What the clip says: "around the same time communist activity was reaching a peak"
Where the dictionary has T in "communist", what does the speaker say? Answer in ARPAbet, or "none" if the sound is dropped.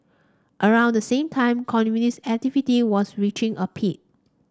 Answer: none